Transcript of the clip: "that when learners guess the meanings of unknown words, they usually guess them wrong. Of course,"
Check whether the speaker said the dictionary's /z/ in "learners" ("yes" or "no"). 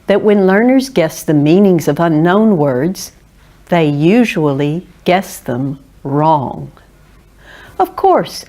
yes